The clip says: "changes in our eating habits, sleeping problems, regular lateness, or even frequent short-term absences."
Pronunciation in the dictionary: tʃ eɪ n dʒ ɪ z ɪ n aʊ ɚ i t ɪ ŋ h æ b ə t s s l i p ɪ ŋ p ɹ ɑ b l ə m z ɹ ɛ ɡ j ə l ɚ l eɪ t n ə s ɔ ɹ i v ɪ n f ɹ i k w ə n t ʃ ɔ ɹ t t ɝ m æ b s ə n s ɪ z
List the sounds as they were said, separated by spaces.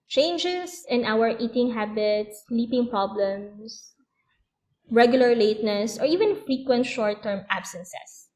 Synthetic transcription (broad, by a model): tʃ eɪ n dʒ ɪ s ɪ n aʊ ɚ i t ɪ ŋ h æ b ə t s s l i p ɪ ŋ p ɹ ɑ b l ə m s ɹ ɛ ɡ j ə l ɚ l eɪ t n ə s ɔ ɹ i v ɪ n f ɹ i k w ə n t ʃ ɔ ɹ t t ɝ m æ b s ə n s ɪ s